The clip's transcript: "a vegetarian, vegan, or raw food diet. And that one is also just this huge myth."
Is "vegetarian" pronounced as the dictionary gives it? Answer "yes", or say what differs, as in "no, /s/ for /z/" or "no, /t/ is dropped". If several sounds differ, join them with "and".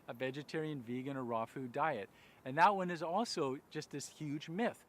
yes